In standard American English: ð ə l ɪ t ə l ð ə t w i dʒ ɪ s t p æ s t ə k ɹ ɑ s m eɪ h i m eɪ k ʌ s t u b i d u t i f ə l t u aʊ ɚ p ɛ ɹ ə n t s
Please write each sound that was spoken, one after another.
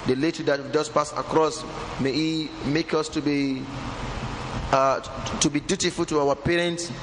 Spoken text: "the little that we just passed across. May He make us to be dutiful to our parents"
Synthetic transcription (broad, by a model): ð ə l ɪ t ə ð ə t w i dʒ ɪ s p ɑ s ə k ɹ ɑ s m eɪ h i m eɪ k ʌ s t u b i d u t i f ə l t u aʊ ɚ p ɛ ɹ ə n t s